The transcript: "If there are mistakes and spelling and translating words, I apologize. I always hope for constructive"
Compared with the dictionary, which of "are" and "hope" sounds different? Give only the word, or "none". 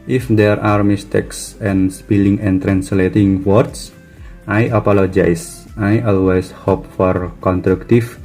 none